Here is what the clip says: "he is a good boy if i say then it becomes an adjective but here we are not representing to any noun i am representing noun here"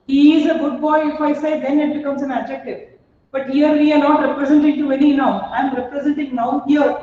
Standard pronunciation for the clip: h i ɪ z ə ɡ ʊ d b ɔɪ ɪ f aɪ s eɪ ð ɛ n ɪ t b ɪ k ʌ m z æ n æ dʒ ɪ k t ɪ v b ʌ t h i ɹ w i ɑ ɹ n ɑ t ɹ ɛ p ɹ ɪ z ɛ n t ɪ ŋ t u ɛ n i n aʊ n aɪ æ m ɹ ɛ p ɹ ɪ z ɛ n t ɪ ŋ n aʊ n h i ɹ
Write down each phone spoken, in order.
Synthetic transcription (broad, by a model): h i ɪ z ə ɡ ʊ d b ɔɪ ɪ f aɪ s eɪ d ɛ n ɪ t b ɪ k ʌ m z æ n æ dʒ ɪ k t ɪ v b ʌ t h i ɹ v i ɑ ɹ n ɑ t ɹ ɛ p ɹ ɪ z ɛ n t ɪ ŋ t u ɛ n i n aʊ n aɪ m ɹ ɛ p ɹ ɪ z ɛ n t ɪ ŋ n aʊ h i ɹ